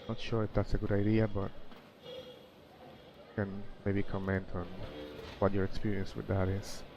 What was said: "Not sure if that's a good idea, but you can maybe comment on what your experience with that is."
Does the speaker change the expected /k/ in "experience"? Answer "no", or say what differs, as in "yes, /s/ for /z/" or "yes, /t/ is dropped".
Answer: no